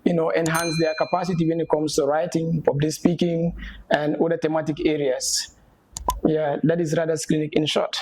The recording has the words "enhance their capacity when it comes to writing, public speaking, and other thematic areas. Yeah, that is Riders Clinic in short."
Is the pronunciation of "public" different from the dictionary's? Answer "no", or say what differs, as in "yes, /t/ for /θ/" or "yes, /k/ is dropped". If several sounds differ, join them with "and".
yes, /f/ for /p/